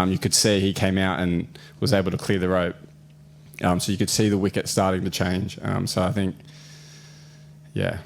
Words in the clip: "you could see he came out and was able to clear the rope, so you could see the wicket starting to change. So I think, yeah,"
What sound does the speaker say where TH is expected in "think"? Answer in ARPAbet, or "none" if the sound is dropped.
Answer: TH